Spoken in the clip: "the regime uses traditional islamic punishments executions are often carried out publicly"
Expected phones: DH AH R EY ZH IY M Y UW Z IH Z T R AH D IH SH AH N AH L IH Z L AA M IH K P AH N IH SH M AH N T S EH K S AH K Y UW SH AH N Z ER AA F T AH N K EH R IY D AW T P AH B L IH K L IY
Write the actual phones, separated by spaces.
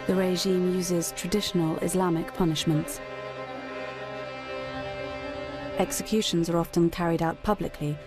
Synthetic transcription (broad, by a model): DH AH R EY ZH IY M Y UW Z IH Z T R AH D IH SH AH N AH L IH Z L AA M IH K P AH N IH SH M AH N T S EH K S AH K Y UW SH AH N Z ER AA F T AH N K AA R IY D AW T P AH B L IH K L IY